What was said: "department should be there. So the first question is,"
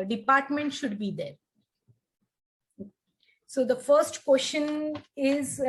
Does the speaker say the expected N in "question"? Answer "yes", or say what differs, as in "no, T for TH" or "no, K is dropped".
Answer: yes